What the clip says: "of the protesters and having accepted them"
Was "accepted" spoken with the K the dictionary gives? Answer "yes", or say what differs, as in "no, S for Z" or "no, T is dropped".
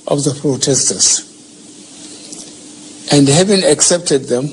yes